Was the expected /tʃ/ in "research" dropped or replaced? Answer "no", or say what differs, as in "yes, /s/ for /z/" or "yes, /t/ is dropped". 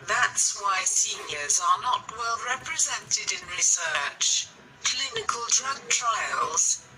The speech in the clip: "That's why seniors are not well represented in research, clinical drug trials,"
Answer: no